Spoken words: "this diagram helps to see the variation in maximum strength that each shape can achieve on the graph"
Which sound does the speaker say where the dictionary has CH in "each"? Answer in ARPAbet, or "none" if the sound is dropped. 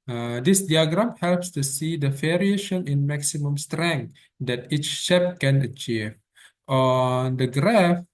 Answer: CH